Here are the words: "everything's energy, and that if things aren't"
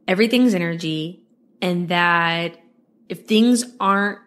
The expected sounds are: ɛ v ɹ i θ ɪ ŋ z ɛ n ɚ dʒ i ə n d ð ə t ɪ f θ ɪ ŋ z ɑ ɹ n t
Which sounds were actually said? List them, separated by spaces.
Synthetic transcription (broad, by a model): ɛ v ɹ i θ ɪ ŋ z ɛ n ɚ dʒ i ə n ð ə t ɪ f θ ɪ ŋ z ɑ ɹ n t